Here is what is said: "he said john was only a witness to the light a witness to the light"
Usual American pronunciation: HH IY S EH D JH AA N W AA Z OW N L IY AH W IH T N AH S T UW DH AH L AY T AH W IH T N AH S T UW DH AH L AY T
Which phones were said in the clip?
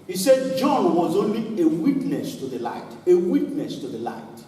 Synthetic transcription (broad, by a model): HH IY S EH D JH AA N W AA Z OW N L IY AH W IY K N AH S T UW DH AH L AY T AH W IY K N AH S T UW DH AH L AY T